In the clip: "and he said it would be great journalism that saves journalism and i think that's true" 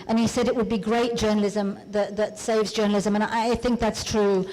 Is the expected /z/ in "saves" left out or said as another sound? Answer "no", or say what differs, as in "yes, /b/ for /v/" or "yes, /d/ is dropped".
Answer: no